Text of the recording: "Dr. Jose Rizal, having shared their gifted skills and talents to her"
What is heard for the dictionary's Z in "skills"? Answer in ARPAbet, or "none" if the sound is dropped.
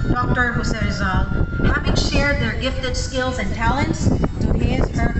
Z